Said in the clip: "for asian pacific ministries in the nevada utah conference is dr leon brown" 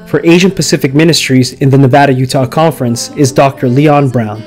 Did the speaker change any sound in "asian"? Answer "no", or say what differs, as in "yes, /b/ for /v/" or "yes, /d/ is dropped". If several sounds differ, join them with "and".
no